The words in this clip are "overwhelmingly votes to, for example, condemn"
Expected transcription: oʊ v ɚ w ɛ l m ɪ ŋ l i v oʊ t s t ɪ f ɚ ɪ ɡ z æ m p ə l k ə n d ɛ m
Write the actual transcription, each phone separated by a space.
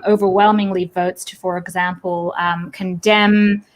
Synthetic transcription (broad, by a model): oʊ v ɚ w ɛ l m ɪ ŋ l i v oʊ t s t ɪ f ɚ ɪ ɡ z æ m p l k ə n d ɛ m